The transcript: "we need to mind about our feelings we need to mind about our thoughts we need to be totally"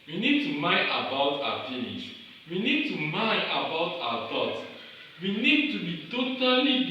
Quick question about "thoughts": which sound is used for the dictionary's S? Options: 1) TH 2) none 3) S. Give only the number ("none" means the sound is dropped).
2